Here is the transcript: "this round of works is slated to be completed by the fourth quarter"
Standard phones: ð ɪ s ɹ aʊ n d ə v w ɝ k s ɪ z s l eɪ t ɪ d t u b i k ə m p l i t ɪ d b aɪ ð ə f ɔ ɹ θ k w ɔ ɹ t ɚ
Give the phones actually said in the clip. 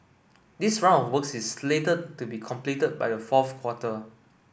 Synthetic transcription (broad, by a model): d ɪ s ɹ aʊ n ə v w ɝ k s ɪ s l eɪ t ɪ d t u b i k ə m p l i t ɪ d b aɪ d ə f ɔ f k w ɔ t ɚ